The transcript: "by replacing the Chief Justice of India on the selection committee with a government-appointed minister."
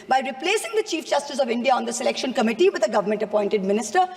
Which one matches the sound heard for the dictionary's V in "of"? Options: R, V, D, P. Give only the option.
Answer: V